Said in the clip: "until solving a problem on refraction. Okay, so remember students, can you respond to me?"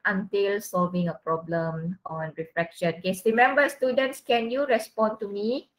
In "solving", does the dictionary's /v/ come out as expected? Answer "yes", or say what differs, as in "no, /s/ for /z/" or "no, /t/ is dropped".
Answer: yes